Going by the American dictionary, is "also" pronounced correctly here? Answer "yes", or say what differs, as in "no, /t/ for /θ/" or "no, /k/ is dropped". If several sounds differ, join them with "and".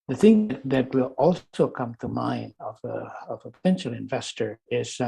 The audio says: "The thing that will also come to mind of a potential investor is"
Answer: no, /s/ is dropped